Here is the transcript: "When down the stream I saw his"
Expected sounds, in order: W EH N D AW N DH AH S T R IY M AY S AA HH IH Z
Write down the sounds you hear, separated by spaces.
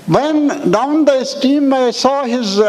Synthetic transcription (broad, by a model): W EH N D AW N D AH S T IY M AY S AA HH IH Z